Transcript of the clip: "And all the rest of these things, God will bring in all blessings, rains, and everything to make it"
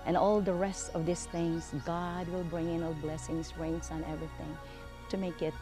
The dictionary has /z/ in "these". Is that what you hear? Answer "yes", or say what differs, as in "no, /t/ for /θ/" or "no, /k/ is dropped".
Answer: no, /s/ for /z/